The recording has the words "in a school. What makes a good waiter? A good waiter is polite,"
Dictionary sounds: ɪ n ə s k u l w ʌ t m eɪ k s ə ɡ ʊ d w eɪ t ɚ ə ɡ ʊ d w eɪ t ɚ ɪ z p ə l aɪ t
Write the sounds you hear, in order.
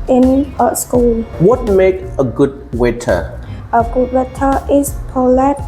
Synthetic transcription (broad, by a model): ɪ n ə s k u l w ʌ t m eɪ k ə ɡ ʊ d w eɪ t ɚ ə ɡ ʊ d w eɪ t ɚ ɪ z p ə l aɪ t